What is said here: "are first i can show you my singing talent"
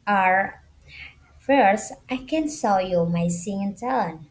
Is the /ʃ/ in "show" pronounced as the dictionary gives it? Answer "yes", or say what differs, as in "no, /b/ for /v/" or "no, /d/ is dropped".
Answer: no, /s/ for /ʃ/